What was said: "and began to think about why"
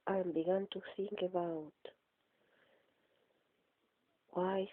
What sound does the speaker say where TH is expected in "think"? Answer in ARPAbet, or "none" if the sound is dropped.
S